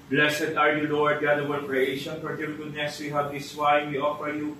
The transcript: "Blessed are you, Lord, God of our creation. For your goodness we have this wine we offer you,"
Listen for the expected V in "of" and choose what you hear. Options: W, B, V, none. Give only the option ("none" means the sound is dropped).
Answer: W